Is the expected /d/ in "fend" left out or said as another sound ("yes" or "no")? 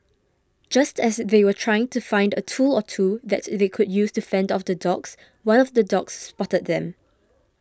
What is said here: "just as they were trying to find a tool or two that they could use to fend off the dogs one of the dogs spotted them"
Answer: no